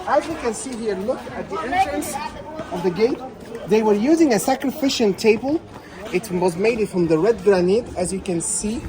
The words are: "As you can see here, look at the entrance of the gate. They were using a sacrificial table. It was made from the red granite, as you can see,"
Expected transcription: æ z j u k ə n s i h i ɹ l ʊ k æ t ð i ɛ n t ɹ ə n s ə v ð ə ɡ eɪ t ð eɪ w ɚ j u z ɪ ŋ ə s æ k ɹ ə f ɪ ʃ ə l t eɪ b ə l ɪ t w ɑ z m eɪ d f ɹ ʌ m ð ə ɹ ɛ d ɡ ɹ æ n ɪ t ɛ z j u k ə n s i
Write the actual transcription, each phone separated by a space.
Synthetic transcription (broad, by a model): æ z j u k ə n s i h i ɹ l ʊ k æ t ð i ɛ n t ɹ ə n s ə v ð ə ɡ eɪ t ð eɪ w ɚ j u z ɪ ŋ ə s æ k ɹ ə f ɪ ʃ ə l t eɪ b ə l ɪ t w ɑ z m eɪ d f ɹ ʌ m ð ə ɹ ɛ d ɡ ɹ æ n ɪ t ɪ z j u k ə n s i